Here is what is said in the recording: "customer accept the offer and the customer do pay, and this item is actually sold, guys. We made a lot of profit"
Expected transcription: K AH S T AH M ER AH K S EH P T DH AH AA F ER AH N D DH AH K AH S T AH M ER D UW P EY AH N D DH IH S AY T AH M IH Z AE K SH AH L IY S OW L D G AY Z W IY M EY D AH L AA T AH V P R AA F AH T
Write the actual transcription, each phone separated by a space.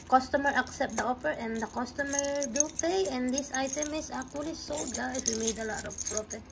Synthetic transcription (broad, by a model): K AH S T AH M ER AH K S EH P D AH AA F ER AH N D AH K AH S T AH M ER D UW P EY AH N D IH S AY T AH M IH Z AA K AH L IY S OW D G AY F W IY M EY D AH L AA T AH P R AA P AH